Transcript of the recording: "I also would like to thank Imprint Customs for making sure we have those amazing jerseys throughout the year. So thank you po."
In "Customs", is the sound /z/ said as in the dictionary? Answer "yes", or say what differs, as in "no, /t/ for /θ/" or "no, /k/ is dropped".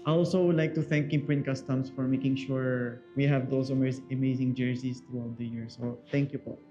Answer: no, /s/ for /z/